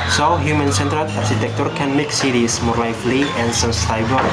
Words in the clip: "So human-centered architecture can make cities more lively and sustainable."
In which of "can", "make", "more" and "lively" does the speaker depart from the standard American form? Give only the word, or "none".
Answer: lively